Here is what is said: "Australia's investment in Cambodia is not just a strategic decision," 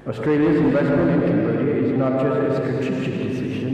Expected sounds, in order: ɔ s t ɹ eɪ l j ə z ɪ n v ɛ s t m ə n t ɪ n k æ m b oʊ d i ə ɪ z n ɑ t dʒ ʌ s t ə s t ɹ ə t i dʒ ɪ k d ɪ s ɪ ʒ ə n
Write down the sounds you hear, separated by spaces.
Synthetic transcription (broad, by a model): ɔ s t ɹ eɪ l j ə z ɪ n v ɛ s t m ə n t ɪ n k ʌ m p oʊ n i ɪ z n ɑ t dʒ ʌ s t ə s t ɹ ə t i tʃ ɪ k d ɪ s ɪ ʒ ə n